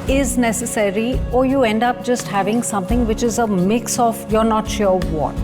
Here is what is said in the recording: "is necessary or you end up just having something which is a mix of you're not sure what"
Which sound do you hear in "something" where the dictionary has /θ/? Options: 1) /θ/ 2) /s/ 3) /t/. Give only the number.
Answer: 3